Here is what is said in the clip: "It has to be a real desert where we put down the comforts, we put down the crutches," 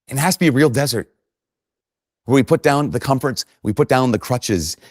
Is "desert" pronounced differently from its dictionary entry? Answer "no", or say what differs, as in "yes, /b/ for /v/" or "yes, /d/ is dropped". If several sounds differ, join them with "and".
no